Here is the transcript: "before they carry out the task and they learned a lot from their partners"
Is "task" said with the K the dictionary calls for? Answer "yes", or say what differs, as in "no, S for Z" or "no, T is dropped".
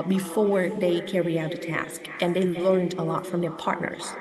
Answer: yes